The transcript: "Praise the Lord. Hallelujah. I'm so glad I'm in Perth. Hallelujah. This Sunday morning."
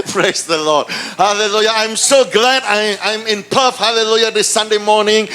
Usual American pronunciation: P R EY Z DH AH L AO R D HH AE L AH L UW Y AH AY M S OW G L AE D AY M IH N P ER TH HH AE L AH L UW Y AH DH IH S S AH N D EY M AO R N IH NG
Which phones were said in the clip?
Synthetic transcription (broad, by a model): P R EY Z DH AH L AO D HH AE L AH L UW Y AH AY M S OW G L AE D AY M IH N P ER F HH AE L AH L UW Y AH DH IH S S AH N D EY M AO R N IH NG